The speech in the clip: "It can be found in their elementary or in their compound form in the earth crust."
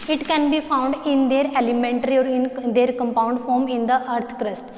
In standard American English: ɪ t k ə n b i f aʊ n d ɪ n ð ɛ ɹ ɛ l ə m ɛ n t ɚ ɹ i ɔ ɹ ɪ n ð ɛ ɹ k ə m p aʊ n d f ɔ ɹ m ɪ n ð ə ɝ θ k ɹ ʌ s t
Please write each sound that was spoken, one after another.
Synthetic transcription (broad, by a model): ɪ t k ə n b i f aʊ n d ɪ n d ɛ ɹ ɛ l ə m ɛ n t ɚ ɹ i ɔ ɹ ɪ n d ɛ ɹ k ə m p aʊ n d f ɔ ɹ m ɪ n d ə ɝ t k ɹ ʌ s t